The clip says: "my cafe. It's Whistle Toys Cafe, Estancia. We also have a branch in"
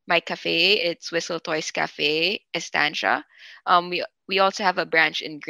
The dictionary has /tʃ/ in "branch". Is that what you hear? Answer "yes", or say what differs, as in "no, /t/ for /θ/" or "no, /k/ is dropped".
yes